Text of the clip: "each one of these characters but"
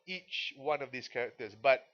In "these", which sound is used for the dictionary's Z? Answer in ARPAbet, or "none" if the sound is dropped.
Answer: S